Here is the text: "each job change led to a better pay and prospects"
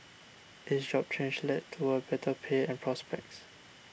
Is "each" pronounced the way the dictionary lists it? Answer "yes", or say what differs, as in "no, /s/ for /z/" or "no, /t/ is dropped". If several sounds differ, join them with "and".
no, /s/ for /tʃ/